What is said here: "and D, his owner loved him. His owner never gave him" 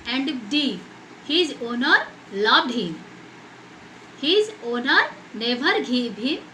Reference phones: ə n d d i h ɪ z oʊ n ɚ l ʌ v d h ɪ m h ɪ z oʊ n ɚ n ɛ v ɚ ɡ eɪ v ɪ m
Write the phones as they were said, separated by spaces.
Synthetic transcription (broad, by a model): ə n d d i h ɪ z oʊ n ɚ l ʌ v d h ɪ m h ɪ z oʊ n ɚ n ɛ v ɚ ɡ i b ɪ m